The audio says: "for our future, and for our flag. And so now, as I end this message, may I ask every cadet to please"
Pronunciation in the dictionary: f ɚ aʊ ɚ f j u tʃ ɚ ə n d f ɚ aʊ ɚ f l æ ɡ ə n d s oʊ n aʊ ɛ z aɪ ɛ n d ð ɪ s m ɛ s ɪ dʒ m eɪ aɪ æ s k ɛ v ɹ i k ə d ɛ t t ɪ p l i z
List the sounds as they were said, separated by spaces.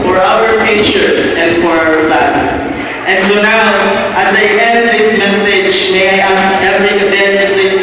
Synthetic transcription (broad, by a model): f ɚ aʊ ɚ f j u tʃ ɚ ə n f ɚ aʊ ɚ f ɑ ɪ ə n s oʊ n aʊ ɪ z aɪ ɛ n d ð ɪ s m ɛ s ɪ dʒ m eɪ aɪ æ s k ɛ v ɹ i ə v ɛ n t ɪ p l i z